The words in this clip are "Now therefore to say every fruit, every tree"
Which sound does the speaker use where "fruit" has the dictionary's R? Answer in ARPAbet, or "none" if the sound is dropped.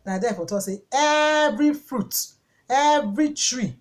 R